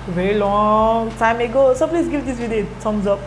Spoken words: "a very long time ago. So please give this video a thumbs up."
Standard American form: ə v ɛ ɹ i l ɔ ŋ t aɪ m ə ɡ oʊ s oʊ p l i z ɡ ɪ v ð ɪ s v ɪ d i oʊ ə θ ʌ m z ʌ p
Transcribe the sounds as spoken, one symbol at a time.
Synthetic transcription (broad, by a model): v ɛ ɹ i l ɔ t aɪ m ə ɡ oʊ s oʊ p l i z ɡ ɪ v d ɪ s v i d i ə s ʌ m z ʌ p